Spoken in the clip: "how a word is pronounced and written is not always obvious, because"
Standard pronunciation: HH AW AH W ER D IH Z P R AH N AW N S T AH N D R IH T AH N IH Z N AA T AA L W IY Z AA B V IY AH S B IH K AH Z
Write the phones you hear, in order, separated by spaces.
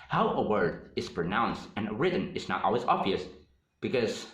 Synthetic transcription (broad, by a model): HH AW AH W ER D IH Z P R AH N AW N S T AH N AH R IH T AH N IH Z N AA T AA L W IY Z AA B V IY AH S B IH K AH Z